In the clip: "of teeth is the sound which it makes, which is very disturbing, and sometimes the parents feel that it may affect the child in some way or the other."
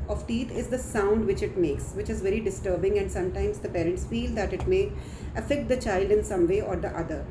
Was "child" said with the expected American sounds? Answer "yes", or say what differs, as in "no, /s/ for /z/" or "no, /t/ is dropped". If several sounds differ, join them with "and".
yes